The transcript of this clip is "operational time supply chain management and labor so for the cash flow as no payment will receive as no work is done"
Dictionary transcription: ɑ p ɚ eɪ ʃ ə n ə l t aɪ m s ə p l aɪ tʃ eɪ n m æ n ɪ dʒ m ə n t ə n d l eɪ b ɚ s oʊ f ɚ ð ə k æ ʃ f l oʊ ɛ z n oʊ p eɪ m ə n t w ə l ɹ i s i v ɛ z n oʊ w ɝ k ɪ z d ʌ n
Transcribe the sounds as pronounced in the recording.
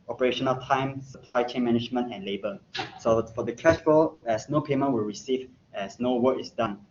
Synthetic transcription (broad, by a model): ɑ p ɚ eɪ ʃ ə n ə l t aɪ m s ə p l aɪ tʃ eɪ n m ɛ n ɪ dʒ m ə n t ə n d l eɪ b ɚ s oʊ f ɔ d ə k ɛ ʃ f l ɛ s n oʊ p eɪ m ə n t w ə l ɹ i s i v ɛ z n oʊ w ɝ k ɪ s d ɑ n